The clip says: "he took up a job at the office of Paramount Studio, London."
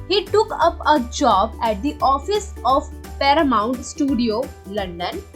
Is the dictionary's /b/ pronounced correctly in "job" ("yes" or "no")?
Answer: yes